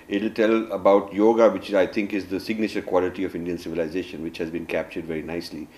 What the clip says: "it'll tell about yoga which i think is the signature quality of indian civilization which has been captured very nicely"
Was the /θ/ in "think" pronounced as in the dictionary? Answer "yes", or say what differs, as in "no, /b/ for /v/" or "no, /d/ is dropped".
no, /t/ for /θ/